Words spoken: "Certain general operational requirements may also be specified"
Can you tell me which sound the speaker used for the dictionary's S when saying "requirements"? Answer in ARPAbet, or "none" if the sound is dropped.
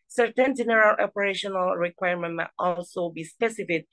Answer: none